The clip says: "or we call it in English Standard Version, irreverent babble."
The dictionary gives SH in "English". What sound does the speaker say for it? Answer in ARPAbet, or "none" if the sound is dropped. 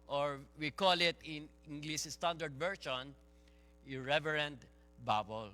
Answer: S